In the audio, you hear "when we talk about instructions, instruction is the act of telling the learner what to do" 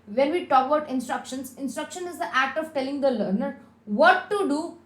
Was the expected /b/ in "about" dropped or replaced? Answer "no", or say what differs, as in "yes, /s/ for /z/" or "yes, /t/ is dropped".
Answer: yes, /b/ is dropped